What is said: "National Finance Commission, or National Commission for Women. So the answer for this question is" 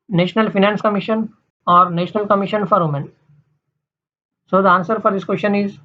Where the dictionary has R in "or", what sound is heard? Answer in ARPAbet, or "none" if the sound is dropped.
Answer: R